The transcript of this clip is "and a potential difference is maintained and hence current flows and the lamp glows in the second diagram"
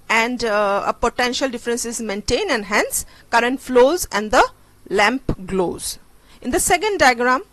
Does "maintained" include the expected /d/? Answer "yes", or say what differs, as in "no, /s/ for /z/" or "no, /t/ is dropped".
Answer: no, /d/ is dropped